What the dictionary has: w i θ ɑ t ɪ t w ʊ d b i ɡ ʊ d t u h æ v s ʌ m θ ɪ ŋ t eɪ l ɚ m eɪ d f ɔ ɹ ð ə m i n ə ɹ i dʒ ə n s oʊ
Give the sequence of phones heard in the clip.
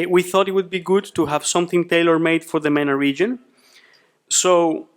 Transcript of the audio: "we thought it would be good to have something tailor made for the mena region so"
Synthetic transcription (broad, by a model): w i θ ɑ t ɪ t w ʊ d b i ɡ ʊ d t u h æ v s ʌ m θ ɪ ŋ t eɪ l ɚ m eɪ d f ɔ ɹ ð ə m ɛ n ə ɹ i dʒ ə n s oʊ